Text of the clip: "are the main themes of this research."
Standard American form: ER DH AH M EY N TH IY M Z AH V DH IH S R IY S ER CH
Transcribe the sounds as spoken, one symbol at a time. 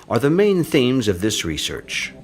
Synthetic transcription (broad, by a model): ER DH AH M EY N TH IY M Z AH V DH IH S R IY S ER CH